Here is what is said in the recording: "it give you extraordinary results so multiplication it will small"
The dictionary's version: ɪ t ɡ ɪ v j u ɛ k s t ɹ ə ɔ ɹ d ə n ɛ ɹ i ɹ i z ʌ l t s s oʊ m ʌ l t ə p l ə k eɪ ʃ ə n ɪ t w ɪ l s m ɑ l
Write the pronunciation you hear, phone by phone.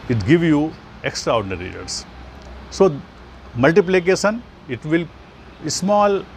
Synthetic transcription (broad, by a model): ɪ t ɡ ɪ v j u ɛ k s t ɹ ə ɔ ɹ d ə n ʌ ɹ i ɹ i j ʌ t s s oʊ m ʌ l t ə p l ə k eɪ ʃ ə n ɪ t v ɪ l s m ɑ l